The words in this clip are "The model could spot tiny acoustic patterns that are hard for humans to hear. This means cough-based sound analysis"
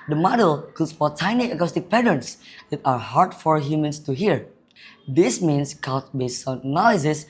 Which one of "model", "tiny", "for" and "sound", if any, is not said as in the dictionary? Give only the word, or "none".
sound